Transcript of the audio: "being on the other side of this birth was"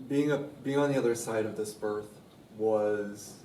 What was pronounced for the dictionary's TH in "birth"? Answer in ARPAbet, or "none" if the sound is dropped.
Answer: TH